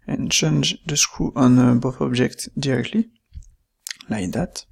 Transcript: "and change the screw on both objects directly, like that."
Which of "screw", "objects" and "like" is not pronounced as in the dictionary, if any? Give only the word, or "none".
objects